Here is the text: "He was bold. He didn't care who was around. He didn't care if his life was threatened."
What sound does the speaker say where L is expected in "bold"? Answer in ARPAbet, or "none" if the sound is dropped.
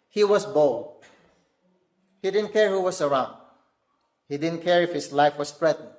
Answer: L